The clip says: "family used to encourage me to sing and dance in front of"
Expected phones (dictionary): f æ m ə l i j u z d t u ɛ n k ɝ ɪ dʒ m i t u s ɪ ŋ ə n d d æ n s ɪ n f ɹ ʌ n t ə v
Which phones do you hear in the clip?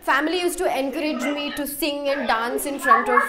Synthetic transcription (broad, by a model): f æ m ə l i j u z t u ɛ n k ɝ ɪ dʒ m i t u s ɪ ŋ ə n d d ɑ n s ɪ n f ɹ ʌ n t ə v